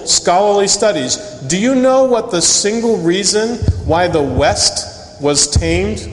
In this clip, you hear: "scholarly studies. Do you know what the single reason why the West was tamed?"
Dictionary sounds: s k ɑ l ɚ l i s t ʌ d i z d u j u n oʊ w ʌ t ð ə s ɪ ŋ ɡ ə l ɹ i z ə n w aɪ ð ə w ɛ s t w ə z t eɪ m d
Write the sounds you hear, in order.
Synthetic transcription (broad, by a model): s k ɑ l ɚ l i s t ʌ d i z d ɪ j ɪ n oʊ w ʌ t ð ə s ɪ ŋ ɡ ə l ɹ i z ə n w aɪ ð ə w ɛ s t w ə z t eɪ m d